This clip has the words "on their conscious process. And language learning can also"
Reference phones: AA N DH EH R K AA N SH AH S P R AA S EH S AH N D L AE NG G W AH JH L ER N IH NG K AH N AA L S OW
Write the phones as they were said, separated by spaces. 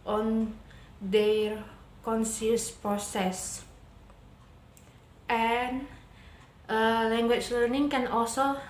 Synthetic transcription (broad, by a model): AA N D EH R K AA N S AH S P R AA S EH S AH N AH L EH NG G W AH CH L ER N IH NG K AH N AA L S OW